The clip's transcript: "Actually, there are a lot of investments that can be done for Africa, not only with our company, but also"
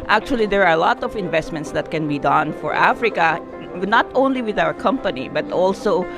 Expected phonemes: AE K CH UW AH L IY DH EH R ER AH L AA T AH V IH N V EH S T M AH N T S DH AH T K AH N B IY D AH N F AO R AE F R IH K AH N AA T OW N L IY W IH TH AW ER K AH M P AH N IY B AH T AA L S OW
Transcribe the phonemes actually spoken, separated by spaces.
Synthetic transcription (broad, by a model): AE K CH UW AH L IY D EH R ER AH L AA T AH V IH N V EH S T M AH N T S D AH T K AH N B IY D AH N F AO R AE F R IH K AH N AA T OW N L IY W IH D AW ER K AH M P AH N IY B AH T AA L S OW